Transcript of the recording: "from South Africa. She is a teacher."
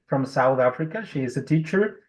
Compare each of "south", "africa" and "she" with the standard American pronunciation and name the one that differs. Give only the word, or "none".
none